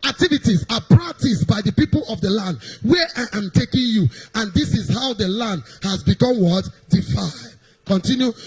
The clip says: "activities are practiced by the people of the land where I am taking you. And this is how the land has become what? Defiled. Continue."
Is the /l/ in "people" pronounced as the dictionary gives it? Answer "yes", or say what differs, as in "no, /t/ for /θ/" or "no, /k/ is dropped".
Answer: yes